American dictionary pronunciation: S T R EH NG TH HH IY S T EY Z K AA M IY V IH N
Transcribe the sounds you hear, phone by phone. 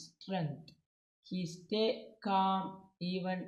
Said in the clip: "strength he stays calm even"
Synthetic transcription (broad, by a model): S T R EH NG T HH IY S T EY K AA M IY V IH N